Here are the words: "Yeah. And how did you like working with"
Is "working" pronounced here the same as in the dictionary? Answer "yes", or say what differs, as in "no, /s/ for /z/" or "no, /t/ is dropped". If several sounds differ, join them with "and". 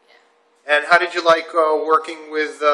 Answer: yes